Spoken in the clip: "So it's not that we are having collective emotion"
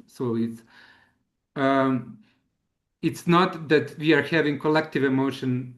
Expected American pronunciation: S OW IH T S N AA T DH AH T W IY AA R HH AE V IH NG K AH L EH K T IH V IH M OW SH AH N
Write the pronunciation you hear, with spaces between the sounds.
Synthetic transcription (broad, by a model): S OW IH T S N AA T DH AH T W IY AA R HH AE V IH NG K AH L EH K T IH V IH M OW SH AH N